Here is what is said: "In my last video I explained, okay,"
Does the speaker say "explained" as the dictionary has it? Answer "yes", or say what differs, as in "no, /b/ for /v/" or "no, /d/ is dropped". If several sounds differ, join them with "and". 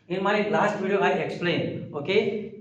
no, /d/ is dropped